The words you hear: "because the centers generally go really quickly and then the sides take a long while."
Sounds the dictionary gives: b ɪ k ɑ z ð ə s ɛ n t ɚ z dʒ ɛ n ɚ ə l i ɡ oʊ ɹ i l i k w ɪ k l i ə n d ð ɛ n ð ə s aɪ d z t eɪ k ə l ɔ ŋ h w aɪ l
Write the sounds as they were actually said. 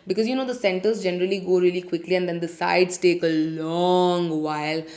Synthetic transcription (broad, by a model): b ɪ k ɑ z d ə s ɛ n t ɚ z dʒ ɛ n ɚ ə l i ɡ oʊ ɹ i l i k w ɪ k l i ə n d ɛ n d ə s aɪ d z t eɪ k ə l ɔ ŋ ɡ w aɪ l